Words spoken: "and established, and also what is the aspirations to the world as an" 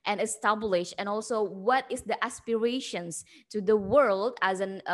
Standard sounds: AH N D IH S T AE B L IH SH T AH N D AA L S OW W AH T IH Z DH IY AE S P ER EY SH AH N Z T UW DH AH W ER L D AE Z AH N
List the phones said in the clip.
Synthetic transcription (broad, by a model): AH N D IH S T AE B L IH SH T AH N AA L S OW W AH T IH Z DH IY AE S P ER EY SH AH N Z T UW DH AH W ER L D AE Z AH N